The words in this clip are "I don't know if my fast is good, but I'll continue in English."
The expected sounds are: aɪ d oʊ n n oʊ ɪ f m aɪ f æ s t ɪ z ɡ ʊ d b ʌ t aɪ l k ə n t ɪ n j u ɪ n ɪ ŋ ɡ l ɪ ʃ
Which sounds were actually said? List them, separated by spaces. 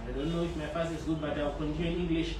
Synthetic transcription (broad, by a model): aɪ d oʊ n n oʊ ɪ f m aɪ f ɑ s ɪ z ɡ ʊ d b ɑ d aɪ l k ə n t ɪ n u ɪ n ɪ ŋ ɡ l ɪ ʃ